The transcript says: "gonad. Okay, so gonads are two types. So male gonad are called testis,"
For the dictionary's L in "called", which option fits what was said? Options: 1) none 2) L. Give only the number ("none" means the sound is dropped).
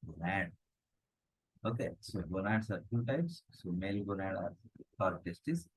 1